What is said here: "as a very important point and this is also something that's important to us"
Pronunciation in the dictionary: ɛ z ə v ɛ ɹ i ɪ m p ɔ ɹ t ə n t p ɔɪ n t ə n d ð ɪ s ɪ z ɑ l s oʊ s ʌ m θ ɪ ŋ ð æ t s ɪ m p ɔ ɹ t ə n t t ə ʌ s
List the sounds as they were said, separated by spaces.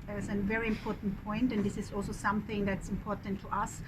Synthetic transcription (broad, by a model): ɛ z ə v ɛ ɹ i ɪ m p ɔ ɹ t n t p ɔɪ n t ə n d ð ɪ s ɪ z ɑ l s oʊ s ʌ m θ ɪ ŋ ð æ t s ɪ m p ɔ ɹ t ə n t t ə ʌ s